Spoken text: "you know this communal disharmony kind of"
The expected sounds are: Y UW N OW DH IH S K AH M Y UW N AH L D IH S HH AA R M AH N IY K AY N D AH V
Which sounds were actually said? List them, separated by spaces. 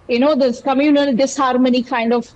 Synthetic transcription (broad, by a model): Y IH N OW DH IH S K AH M Y UW N AH L D IH S HH AA R M AH N IY K AY N D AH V